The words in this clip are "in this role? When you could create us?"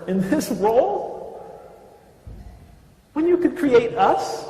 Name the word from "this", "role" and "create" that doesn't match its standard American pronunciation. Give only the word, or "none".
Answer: role